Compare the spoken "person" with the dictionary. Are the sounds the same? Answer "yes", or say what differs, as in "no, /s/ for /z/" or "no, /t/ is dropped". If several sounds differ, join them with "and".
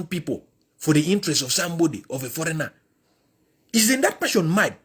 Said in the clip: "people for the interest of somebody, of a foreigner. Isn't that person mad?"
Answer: no, /ʃ/ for /s/